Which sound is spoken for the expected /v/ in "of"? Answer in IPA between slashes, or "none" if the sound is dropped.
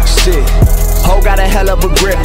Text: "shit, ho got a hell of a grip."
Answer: /p/